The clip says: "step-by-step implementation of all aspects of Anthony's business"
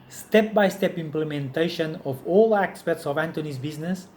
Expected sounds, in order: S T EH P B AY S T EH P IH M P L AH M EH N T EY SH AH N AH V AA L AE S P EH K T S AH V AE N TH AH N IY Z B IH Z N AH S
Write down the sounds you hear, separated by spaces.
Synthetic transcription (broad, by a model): S T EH P B AY S T EH P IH M P L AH M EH N T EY SH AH N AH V AA L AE S P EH T S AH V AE N T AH N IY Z B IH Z N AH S